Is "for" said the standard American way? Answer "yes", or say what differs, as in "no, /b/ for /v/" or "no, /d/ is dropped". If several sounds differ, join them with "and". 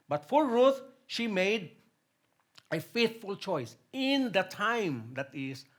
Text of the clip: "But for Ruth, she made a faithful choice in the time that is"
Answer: no, /l/ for /ɹ/